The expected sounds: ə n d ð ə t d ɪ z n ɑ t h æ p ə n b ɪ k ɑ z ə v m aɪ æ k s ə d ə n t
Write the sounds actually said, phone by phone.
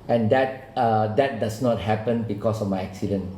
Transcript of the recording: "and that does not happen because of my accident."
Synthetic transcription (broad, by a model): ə n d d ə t d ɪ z n ɑ t h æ p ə n b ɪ k ɑ s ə f m aɪ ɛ k s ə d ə n